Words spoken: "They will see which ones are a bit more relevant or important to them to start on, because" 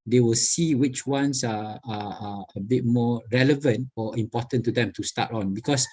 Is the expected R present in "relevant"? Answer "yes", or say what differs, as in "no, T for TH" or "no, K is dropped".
yes